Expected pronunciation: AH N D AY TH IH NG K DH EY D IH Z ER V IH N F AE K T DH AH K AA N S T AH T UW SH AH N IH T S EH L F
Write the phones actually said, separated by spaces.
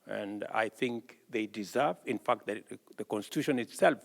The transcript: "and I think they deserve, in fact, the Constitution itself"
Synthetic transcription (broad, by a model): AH N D AY TH IH NG K DH EY D IH Z ER V IH N F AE K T DH AH K AA N S T AH T UW SH AH N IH T S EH L F